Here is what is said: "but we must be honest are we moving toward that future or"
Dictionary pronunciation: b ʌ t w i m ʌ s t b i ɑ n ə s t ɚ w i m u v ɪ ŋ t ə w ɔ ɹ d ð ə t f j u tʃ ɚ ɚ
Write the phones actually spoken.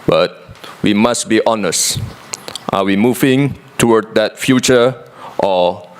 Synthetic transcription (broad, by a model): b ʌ t w i m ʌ s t b i ɑ n ə s t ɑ w i m u v ɪ ŋ t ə w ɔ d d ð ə t f j u tʃ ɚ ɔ